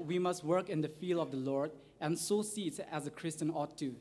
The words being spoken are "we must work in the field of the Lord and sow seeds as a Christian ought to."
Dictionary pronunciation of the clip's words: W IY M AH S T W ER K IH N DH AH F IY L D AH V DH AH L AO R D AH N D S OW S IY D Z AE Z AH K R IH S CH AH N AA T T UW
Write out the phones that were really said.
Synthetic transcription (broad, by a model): W IY M AH S T W ER K IH N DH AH F IY L AH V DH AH L AO R D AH N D S OW S IY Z AE Z AH K R IH S CH AH N AA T T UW